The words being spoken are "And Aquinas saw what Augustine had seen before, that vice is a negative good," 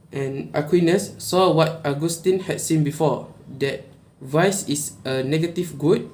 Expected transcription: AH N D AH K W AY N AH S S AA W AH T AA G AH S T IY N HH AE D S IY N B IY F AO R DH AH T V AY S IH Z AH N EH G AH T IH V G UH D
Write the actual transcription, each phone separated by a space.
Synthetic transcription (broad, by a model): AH N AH K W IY N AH S S AA W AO T AA G AH S T IY N HH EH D S IY N B IY F AO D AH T V AY S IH S AH N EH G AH T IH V G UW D